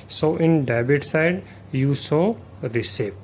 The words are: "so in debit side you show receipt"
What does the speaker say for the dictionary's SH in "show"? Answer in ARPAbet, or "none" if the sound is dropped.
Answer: S